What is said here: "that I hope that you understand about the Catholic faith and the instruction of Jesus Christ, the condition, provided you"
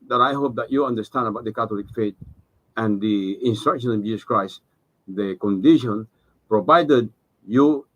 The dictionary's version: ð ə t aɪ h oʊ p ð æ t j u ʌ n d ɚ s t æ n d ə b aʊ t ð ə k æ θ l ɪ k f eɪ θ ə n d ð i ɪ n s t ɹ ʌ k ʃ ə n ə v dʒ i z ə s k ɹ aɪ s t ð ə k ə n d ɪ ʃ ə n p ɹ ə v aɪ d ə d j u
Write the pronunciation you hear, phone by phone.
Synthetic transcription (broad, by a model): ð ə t aɪ h oʊ p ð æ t j u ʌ n d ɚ s t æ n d ə b aʊ t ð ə k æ t l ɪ k f eɪ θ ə n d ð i ɪ n s t ɹ ʌ k ʃ ə n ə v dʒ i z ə s k ɹ aɪ s t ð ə k ə n d ɪ ʃ ə n p ɹ ə v aɪ d ə d j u